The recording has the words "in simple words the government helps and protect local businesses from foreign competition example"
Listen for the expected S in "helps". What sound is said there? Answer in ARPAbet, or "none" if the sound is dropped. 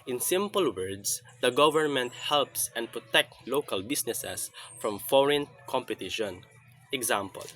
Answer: S